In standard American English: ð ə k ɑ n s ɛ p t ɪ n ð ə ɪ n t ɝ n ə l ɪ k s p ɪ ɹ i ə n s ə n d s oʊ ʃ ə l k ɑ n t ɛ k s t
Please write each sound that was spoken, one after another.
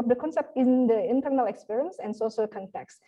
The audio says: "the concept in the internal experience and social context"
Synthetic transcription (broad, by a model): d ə k ɑ n s ɛ p t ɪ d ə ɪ n t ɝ n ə l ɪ k s p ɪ ɹ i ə n s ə n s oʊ s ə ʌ k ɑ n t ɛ k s